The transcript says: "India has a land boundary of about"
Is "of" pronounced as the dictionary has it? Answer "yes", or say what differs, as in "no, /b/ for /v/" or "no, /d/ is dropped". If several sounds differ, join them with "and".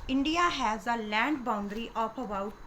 no, /p/ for /v/